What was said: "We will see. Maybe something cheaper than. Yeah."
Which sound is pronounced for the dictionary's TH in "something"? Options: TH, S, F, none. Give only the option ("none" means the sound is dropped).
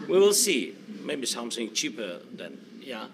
S